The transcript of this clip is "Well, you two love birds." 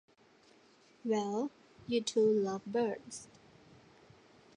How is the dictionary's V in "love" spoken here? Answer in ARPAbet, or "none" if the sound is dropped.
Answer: V